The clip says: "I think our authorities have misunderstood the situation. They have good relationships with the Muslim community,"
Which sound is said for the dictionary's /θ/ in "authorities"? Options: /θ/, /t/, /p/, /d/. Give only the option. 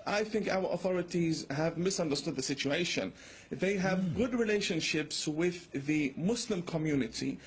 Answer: /θ/